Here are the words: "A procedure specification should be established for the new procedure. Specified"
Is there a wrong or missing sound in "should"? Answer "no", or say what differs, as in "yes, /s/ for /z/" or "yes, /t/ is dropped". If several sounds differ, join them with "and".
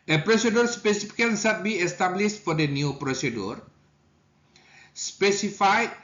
yes, /s/ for /ʃ/